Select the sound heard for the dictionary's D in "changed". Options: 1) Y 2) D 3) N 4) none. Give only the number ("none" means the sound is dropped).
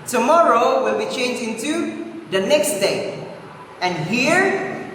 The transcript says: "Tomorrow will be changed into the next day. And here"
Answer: 4